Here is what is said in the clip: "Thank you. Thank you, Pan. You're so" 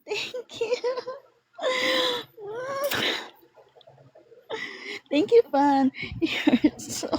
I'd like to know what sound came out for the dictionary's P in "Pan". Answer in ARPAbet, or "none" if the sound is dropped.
F